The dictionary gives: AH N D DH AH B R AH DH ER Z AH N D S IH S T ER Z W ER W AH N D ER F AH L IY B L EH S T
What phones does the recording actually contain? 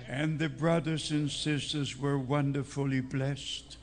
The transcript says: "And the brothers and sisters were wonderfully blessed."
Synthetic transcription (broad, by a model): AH N DH AH B R AH DH ER Z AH N S IH S T ER Z W ER W AH N D ER F AH L IY B L EH S T